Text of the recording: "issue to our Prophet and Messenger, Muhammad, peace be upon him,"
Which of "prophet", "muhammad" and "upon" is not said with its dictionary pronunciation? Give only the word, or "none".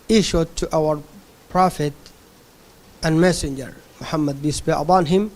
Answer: upon